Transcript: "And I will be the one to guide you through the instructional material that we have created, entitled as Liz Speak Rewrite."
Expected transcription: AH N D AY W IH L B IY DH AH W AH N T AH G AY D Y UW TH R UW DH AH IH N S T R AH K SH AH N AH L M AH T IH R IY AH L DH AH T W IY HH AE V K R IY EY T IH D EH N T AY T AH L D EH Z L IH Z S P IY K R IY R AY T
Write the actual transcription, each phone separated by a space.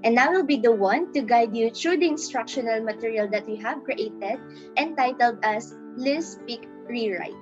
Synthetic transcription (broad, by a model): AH N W W IH L B IY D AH W AH N T AH G AY D Y UW T R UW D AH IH N S T R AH K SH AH N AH L M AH T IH R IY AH L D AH T W IY HH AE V K R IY EY T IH D EH N T AY T AH L D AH S L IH S P IY K R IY R AY T